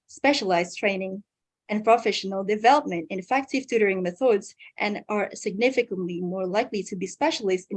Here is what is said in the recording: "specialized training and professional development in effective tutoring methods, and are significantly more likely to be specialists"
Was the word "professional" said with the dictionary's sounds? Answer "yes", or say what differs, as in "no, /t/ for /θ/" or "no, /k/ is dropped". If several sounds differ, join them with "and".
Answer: yes